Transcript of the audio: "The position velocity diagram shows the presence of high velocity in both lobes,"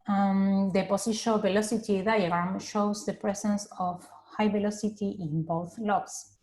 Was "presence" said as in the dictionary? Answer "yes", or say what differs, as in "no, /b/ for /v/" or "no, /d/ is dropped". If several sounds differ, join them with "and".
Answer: no, /s/ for /z/